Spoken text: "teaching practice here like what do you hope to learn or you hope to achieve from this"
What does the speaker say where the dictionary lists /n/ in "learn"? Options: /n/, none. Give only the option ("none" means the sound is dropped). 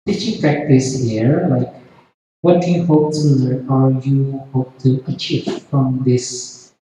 none